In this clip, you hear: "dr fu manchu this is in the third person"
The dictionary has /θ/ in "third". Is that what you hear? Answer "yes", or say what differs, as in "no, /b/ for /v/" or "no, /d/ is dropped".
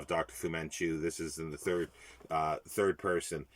yes